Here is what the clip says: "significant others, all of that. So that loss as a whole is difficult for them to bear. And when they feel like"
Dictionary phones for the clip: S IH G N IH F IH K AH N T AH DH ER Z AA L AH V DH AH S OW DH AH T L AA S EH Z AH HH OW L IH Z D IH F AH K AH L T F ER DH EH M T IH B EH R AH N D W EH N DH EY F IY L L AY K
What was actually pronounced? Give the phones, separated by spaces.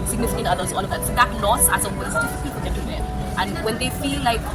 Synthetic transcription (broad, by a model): S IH G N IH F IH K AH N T AH DH ER Z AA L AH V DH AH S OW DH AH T L AA S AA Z AH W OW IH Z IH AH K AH T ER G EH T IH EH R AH N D W EH N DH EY F IY L L AY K